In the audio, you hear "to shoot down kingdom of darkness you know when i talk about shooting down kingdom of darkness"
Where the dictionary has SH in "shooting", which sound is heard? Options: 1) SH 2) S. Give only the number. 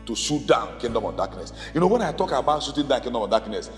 2